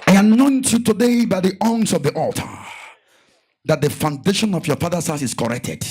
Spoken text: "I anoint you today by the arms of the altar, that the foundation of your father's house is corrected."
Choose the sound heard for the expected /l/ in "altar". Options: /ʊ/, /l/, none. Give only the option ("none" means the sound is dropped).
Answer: /l/